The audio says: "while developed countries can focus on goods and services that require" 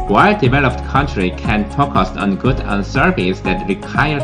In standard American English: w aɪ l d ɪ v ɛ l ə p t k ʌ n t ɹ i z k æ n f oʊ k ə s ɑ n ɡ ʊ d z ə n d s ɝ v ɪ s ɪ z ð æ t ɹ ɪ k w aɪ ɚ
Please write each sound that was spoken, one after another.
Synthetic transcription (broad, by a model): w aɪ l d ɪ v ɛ l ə p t k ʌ n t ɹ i k æ n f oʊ k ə s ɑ n ɡ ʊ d ə n s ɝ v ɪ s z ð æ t ɹ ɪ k aɪ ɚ